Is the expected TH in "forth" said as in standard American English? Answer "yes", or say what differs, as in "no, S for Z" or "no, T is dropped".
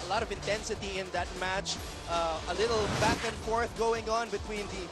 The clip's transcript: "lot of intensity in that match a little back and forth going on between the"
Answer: yes